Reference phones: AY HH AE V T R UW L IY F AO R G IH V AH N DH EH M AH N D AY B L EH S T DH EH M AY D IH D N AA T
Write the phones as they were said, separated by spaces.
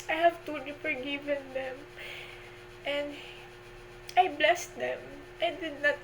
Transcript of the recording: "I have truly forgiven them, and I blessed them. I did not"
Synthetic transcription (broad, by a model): AY HH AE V T UW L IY F AO R G IH V AH N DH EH M AH N D AY B L EH S T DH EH M AY D IH D N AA T